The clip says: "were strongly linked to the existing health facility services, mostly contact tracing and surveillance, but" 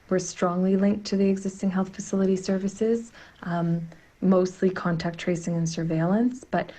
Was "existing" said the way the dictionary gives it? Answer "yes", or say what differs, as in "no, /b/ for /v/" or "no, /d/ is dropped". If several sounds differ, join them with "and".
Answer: yes